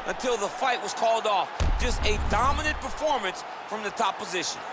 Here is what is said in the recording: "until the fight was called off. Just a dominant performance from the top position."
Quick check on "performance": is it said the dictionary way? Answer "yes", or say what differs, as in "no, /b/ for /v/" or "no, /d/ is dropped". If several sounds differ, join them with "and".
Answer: yes